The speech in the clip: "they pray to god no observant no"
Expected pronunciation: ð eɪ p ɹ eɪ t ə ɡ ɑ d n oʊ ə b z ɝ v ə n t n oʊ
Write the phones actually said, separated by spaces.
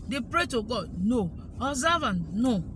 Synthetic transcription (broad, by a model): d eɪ p ɹ eɪ t ə ɡ ɑ d n oʊ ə z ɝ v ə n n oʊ